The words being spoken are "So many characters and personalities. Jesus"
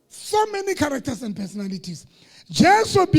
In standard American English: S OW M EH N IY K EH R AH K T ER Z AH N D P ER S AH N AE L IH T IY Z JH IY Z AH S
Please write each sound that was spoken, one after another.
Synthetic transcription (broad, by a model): S OW M EH N IY K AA R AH K T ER S AH N D P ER S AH N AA L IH T IY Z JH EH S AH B